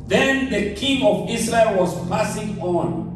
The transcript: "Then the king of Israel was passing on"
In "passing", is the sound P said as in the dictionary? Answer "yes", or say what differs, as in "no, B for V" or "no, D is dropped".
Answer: yes